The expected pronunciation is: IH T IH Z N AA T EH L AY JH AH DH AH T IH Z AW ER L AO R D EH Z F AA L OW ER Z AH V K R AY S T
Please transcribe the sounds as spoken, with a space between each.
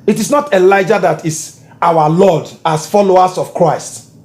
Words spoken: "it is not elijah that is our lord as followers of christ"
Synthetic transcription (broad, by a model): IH T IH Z N AA T EH L AY JH AH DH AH T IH S AW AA L AO D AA S F AA L OW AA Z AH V K R AY S T